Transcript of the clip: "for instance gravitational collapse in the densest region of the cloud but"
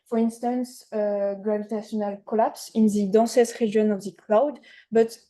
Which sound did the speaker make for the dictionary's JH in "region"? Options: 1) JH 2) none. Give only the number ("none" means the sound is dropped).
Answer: 2